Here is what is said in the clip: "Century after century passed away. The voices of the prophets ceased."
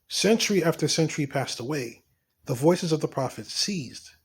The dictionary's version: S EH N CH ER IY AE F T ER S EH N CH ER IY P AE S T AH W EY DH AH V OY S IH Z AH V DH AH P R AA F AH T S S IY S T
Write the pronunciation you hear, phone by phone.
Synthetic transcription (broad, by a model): S EH N CH ER IY AE F T ER S EH N CH ER IY P AE S T AH W EY DH AH V OY S IH Z AH V DH AH P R AA F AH T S S IY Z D